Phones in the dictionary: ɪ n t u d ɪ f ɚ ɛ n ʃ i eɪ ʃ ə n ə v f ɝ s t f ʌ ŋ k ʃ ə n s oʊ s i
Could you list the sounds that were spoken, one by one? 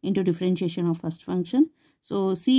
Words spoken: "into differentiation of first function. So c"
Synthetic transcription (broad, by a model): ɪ n t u d ɪ f ɚ ɛ n ʃ i eɪ ʃ ə n ə v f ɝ s t f ʌ ŋ k ʃ ə n s oʊ s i